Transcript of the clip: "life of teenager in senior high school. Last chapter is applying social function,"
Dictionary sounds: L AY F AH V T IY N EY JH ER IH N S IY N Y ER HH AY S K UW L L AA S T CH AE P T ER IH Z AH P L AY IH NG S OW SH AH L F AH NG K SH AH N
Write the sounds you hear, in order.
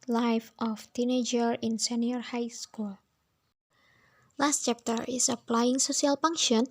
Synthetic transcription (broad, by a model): L AY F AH F T IY N EY JH ER IH N S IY N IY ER HH AY S K UW L L AA S T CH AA P T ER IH S AH P L AY IH NG S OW S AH L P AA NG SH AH N